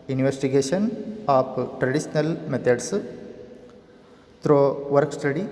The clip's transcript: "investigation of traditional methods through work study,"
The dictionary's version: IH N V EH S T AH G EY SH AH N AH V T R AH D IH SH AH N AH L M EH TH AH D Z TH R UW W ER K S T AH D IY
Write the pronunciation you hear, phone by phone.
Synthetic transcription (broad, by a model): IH N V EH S T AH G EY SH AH N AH P T R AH D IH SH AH N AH L M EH T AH D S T R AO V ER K S T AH D IY